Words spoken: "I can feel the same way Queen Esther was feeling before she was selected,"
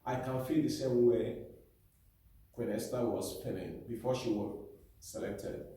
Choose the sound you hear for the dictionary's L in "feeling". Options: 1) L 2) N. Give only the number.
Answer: 2